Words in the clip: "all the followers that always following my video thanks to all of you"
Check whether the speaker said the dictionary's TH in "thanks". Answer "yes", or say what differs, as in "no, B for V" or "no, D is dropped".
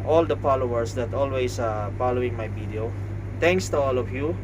no, T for TH